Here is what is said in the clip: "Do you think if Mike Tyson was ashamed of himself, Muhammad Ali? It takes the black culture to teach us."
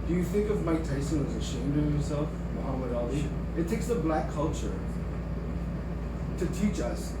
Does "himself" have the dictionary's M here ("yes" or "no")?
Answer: no